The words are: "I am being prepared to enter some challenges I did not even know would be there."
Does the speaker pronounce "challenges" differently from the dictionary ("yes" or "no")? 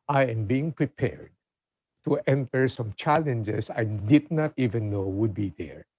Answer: yes